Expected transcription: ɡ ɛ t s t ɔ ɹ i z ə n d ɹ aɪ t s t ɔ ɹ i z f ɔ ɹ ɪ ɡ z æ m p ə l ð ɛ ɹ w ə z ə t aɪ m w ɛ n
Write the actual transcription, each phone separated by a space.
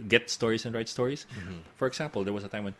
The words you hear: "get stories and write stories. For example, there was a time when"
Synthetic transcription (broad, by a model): ɡ ɛ t s t ɔ ɹ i s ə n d ɹ aɪ t s t ɔ ɹ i s f ɔ ɹ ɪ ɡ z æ m p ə l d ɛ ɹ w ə s ə t aɪ m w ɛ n